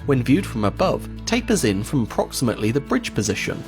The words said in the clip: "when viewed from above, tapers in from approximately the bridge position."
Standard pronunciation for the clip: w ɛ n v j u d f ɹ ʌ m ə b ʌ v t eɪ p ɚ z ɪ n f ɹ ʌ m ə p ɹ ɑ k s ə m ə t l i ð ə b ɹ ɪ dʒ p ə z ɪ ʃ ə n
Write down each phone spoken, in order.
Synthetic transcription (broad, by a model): w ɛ n v j u d f ɹ ʌ m ə b ʌ v t eɪ p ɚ z ɪ n f ɹ ʌ m ə p ɹ ɑ k s ə m ə t l i ð ə b ɹ ɪ dʒ p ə z ɪ ʃ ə n